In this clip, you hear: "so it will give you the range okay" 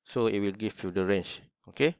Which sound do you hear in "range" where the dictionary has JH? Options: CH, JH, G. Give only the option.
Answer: CH